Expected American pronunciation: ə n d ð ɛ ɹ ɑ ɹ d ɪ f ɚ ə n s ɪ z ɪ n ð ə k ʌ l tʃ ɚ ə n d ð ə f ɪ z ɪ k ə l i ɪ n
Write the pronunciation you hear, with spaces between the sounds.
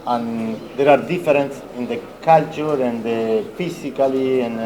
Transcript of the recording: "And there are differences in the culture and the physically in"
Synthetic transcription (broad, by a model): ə n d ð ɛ ɹ ɑ ɹ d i f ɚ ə n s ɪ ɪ n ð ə k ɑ l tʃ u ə n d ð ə f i s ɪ k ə l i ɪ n